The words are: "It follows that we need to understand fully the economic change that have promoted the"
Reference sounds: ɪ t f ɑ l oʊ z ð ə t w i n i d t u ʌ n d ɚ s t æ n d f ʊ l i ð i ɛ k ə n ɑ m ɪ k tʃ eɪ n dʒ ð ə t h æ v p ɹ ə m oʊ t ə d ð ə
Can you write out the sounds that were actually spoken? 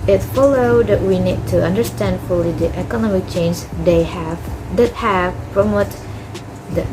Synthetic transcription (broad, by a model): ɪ t f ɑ l oʊ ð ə t w i n i d t u ʌ n d ɚ s t æ n d f ʊ l i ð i ɛ k ə n ɑ m ɪ k tʃ eɪ n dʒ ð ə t h æ v f ɹ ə m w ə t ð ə